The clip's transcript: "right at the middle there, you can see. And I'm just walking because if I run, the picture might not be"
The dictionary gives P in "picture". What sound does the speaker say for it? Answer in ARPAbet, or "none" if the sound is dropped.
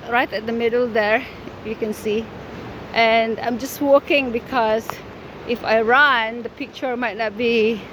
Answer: P